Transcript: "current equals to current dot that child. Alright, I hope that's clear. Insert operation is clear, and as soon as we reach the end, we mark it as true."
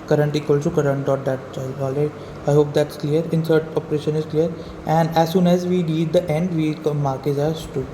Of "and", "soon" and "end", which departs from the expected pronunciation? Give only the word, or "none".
none